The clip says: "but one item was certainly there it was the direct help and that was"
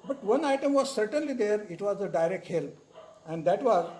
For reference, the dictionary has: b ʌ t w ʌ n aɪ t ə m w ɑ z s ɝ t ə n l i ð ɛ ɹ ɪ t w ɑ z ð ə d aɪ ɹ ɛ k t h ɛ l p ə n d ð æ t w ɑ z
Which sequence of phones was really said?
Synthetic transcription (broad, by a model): b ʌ t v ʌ n aɪ t ə m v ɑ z s ɝ t ə n l i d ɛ ɹ ɪ t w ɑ z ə d aɪ ɹ ɛ k t h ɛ l ə n d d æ t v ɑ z